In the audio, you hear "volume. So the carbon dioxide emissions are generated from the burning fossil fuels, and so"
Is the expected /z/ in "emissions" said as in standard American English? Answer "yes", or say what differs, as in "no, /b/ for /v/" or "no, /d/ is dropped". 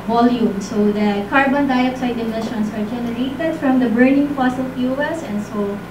no, /s/ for /z/